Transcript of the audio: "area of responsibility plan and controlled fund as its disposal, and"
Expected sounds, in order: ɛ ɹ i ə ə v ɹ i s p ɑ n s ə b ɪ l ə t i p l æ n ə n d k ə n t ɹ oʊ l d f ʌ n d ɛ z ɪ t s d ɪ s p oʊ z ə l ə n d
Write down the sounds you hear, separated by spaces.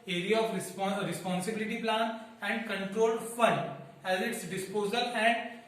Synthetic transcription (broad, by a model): ɛ ɹ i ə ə p ɹ i s p ɑ n s ə b ɪ l ə t i p l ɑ n ə n d k ə n t ɹ oʊ l d f ʌ n d ɛ z ɪ t s d ɪ s p oʊ z ə l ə n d